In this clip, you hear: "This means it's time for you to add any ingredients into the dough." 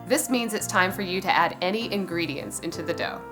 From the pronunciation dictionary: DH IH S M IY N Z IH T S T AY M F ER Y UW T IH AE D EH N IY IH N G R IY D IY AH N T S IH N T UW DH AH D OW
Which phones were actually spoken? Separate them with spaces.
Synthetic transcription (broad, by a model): DH IH S M IY N Z IH T S T AY M F ER Y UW T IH AE D EH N IY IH N G R IY D IY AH N S IH N T UW DH AH D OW